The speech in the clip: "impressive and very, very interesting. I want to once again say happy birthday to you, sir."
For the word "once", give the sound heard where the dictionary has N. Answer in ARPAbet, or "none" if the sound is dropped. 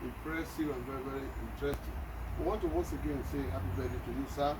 none